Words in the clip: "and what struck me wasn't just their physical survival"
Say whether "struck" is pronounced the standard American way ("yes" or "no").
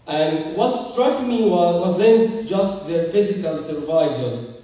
yes